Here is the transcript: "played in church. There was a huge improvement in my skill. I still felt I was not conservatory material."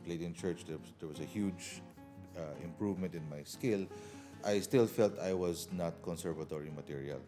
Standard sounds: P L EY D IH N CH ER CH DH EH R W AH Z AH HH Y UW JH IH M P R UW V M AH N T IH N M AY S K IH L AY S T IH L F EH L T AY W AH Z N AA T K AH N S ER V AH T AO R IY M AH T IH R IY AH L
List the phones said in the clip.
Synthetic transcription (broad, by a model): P L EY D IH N CH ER CH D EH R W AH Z AH HH Y UW JH IH M P R UW V M AH N T IH N M AY S K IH L AY S T IH L F EH L T AY W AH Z N AA T K AH N S ER V AH T AO R IY M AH T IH R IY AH L